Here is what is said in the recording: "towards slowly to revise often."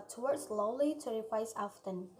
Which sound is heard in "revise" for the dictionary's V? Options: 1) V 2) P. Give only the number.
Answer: 2